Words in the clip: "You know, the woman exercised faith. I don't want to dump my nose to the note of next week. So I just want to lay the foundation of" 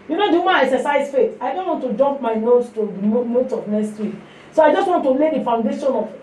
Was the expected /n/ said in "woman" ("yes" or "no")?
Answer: no